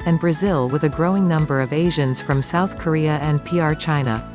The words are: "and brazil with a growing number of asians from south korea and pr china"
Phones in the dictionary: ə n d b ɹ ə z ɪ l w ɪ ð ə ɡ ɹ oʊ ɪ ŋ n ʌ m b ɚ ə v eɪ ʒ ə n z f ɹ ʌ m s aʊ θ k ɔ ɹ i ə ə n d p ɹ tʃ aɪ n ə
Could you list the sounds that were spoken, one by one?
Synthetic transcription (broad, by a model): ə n b ɹ ə z ɪ l w ɪ ð ə ɡ ɹ oʊ ɪ ŋ n ʌ m b ɚ ə v eɪ ʒ ə n z f ɹ ʌ m s aʊ θ k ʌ ɹ i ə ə n p ɹ tʃ aɪ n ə